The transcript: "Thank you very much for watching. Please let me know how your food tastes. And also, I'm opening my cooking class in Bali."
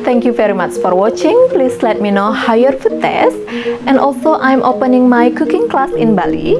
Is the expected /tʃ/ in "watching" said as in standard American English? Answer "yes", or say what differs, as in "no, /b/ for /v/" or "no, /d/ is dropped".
yes